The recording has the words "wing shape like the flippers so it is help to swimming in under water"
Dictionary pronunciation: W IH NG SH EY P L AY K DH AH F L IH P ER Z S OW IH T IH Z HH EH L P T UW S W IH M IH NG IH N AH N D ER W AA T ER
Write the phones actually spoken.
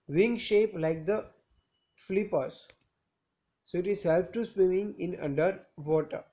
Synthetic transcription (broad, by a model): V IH NG SH EY P L AY K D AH F L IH P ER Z S OW IH T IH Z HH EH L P T UW S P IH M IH NG IH N AH N D ER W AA T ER